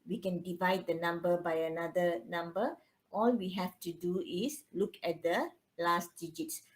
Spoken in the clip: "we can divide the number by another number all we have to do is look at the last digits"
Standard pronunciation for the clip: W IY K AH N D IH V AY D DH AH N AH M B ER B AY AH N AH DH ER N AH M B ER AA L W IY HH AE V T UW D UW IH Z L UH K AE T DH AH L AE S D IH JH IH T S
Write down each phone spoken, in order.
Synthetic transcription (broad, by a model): W IY K AH N D IH V AY D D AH N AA M B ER B AY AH N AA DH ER N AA M B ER AA L W IY HH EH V T UW D UW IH S L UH K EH T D AH L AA S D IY JH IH T S